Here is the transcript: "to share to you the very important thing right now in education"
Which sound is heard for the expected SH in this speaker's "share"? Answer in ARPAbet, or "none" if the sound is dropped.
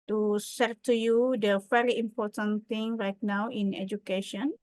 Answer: S